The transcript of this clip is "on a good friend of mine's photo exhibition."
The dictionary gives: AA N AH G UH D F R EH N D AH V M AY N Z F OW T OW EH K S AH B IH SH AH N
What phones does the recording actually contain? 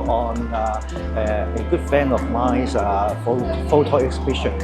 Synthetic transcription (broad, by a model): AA N AH G UH D F EH N AH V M AY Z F F OW T OW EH K S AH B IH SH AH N